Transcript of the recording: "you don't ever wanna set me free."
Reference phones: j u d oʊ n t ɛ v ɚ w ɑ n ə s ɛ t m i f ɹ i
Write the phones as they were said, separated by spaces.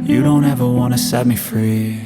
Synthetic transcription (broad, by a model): j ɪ d oʊ n t ɛ v ɚ w ɑ n ə s ɛ t m i f ɹ i